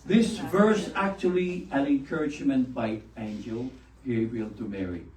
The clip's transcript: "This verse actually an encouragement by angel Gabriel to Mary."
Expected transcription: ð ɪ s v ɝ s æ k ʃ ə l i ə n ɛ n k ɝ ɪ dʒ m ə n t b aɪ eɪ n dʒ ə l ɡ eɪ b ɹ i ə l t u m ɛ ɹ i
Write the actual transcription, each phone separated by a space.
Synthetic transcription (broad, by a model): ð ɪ s v ɝ s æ k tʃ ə l i ə n ɛ n k ɝ ɪ dʒ m ə n t b aɪ eɪ n dʒ ə l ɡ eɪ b i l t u m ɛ ɹ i